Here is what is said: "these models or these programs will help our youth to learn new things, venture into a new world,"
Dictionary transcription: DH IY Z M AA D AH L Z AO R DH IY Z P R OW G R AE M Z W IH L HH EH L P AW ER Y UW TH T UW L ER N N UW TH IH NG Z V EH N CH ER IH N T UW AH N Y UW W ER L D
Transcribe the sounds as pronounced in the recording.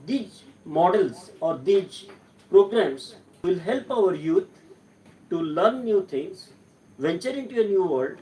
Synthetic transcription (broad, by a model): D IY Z M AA D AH L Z AO R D IY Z P R OW G R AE M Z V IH L HH EH L P AW ER Y UW T T UW L ER N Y UW T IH NG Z V EH N CH ER IH N T UW AH N Y UW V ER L D